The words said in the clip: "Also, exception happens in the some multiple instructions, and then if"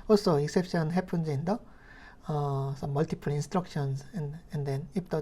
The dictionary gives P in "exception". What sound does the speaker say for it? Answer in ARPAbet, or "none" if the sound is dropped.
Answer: P